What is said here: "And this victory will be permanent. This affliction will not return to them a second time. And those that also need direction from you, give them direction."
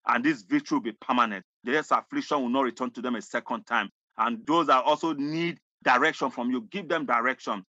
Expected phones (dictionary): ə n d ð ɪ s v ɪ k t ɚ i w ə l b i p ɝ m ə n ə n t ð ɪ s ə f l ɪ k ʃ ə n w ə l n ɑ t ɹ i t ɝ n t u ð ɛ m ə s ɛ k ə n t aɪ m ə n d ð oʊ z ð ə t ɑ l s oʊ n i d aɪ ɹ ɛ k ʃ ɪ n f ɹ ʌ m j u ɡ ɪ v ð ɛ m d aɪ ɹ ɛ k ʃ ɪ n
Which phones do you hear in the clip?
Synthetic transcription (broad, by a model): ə n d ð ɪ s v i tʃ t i w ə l b i p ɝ m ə n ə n t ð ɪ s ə f l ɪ k ʃ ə n w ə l n ɑ t ɹ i t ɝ n t u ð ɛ m ə s ɛ k ə n t aɪ m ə n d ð oʊ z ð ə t ɑ l s oʊ n i d aɪ ɹ ɛ k ʃ ɪ n f ɹ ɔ m j u ɡ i v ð ɛ m d aɪ ɹ ɛ k ʃ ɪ n